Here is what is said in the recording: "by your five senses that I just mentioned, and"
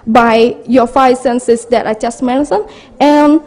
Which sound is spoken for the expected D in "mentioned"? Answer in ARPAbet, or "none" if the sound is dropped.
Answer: none